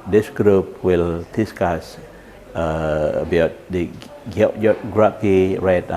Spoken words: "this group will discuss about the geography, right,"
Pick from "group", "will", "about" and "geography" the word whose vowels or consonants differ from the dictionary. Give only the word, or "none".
geography